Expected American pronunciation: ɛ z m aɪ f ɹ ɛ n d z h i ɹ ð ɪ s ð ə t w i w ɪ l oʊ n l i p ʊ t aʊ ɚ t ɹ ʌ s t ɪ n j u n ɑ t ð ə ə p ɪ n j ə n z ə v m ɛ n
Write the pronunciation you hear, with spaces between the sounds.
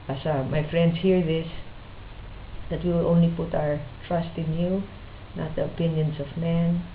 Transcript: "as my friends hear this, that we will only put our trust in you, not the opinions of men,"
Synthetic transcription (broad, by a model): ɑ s m aɪ f ɹ ɛ n d s h i ɹ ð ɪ s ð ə t w i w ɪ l oʊ n l i p ʊ t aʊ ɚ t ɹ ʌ s t ɪ n j u n ɑ t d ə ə p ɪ n j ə n s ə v m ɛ n